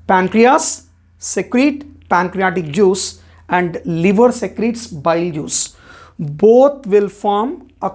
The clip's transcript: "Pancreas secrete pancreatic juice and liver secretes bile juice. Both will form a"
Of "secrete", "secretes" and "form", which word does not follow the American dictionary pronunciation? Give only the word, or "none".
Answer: none